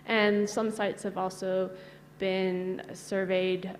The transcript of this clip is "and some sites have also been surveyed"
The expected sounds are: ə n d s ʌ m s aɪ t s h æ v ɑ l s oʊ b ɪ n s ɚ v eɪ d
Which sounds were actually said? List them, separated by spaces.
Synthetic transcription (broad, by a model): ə n s ʌ m s aɪ t s h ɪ v ɑ l s oʊ b ɪ n s ɚ v eɪ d